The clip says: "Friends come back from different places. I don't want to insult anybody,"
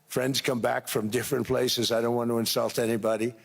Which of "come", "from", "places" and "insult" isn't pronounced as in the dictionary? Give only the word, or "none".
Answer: none